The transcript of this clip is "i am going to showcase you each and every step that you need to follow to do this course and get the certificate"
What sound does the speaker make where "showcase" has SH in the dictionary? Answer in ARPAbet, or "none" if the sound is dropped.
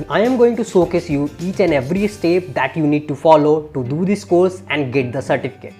S